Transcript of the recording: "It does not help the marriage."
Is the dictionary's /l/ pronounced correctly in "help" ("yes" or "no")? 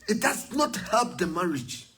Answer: yes